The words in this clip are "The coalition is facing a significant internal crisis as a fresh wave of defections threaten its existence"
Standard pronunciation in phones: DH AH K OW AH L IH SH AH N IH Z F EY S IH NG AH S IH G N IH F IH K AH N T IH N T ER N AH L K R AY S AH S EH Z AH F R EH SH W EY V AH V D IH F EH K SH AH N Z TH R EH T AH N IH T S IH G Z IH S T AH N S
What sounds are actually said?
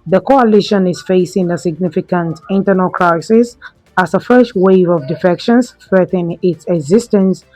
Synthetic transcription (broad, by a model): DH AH K OW AH L IH SH AH N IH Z F EY S IH NG AH S IH G N IH F IH K AH N T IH N T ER N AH L K R AY S AH S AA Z AH F R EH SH W EY V AH V D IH F EH K SH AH N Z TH R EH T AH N IH T S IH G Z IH S T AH N S